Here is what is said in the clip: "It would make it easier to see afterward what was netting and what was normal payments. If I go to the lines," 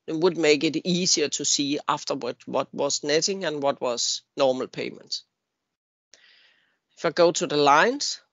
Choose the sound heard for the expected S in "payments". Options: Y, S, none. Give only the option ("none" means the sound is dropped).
none